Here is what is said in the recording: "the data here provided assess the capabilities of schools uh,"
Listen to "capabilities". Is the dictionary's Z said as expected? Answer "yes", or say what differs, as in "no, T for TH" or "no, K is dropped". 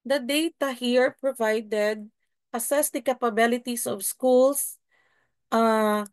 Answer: no, S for Z